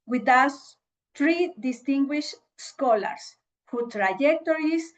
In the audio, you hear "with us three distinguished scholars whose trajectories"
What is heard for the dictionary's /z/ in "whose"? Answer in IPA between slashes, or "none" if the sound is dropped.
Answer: none